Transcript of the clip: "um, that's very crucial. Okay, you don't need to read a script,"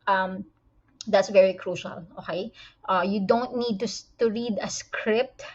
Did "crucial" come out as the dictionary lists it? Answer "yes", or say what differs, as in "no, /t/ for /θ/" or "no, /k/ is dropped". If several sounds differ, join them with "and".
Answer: yes